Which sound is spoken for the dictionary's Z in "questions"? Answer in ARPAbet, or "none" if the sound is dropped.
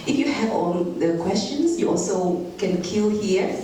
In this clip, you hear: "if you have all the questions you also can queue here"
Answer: S